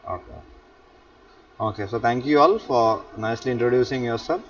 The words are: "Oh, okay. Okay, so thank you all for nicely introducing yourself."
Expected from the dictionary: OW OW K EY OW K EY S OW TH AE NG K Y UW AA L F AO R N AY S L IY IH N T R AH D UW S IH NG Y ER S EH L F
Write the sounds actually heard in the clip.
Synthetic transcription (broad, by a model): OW OW K EY OW K EY S OW T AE NG K Y UW AA L F AO R N AY S L IY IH N T R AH D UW S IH NG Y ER S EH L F